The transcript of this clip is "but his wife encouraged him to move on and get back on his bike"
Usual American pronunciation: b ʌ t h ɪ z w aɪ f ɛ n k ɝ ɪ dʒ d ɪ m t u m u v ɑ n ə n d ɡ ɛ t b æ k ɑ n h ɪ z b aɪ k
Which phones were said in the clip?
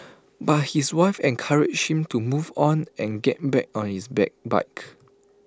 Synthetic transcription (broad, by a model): b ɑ t h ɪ s w aɪ f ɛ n k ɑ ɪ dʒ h ɪ m t u m u v ɑ n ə n ɡ ɛ t b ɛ k ɑ n h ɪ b b aɪ k